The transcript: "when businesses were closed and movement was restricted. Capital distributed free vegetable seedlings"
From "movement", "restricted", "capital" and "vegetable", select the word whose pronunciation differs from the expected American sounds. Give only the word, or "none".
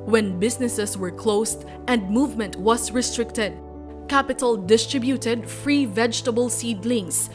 none